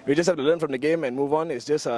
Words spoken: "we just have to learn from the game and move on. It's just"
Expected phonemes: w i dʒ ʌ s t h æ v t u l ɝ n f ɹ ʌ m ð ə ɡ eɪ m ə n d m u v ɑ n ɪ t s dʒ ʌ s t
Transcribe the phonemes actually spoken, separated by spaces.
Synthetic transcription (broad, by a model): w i dʒ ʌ s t h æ f t u l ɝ n f ɹ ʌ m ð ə ɡ eɪ m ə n m u v ɑ n ɪ t s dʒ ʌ s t